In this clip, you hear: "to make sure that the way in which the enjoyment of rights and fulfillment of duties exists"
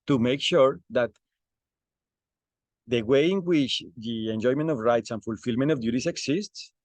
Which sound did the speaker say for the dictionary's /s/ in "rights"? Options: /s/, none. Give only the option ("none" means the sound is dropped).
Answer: /s/